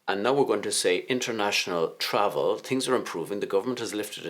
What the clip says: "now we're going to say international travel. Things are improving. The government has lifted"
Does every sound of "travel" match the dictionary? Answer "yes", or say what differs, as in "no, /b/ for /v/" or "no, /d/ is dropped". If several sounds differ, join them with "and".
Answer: yes